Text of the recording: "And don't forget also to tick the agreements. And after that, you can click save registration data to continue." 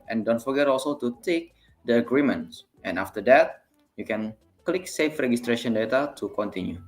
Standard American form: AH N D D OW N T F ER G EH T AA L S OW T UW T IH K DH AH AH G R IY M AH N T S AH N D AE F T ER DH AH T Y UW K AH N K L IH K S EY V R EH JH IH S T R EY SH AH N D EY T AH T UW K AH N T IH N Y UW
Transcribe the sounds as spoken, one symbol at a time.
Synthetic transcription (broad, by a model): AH N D D OW N T F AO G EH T AA L S OW T UW T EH K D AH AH G R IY M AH N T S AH N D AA F T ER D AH T Y UW K AH N K L IH K S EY F R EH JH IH S T R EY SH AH N D EY T AH T UW K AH N T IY N Y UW